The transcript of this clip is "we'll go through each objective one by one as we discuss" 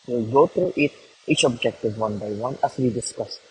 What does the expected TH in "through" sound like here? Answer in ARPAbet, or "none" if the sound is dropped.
T